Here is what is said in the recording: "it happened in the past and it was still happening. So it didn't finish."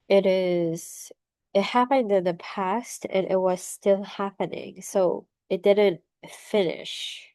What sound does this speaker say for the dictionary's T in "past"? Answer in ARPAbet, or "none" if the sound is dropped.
T